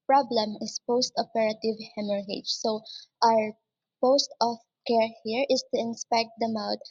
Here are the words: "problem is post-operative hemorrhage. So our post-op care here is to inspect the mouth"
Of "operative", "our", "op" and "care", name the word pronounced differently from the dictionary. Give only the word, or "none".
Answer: op